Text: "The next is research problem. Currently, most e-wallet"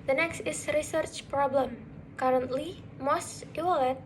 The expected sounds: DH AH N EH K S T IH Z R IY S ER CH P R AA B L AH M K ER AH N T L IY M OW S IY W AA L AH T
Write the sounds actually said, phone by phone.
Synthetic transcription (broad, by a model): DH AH N EH K S T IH S R IY S ER CH P R AA B L AH M K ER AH N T L IY M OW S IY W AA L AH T